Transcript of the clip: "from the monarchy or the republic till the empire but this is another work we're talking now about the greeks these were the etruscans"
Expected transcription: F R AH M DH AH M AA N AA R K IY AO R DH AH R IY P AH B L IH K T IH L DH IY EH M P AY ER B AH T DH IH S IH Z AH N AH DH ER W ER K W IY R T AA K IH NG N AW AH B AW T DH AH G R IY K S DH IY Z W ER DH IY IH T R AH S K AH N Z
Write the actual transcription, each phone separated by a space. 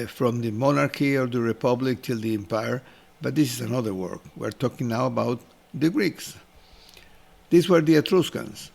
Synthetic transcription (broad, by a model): F R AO M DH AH M AA N AA R K IY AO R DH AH R IY P AH B L IH K T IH L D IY EH M P AY ER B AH T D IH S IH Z AH N AH DH ER W ER K W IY R T AA K IH NG N AW AH B AW T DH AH G R IY K S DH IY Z W ER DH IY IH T R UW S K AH N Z